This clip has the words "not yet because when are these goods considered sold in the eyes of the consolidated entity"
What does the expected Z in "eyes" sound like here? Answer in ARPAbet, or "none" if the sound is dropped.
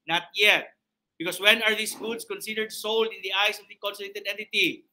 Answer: S